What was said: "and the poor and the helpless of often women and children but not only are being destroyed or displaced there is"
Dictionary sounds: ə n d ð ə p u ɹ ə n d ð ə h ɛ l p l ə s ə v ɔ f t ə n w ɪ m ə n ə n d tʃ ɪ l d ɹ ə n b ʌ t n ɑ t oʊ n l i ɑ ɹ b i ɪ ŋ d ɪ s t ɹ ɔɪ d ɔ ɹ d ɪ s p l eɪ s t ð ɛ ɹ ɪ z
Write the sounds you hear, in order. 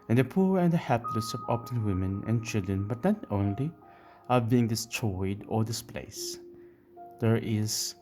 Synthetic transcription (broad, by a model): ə n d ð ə p u ɹ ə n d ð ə h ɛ p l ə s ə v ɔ p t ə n w ɪ m ə n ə n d tʃ ɪ l d ɹ ə n b ʌ t n ɑ t oʊ n l i ɑ ɹ b i ɪ ŋ d ɪ s t ɹ ɔɪ d ɔ ɹ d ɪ s p l eɪ s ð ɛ ɹ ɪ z